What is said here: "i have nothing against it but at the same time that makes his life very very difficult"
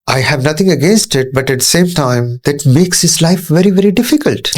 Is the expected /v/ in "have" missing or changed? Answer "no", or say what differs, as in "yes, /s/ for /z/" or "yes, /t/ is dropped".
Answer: no